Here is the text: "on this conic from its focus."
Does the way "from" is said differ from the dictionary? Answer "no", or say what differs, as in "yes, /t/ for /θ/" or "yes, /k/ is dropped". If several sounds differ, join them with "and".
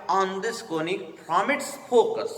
yes, /p/ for /f/